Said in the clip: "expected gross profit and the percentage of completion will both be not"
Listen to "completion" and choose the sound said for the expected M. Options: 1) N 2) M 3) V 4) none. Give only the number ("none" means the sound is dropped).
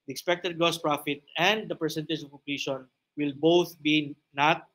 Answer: 4